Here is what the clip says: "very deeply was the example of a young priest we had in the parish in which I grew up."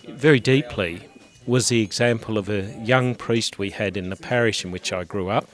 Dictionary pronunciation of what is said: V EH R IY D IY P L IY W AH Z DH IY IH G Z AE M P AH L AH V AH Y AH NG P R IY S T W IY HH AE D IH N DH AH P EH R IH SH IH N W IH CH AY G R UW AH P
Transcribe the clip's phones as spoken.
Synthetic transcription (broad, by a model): V EH R IY D IY P L IY W AH Z DH IY IH G Z AE M P AH L AH V AH Y AH NG P R IY S T W IY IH D IH N DH AH P EH R IH SH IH N W IH CH AY G R UW AH P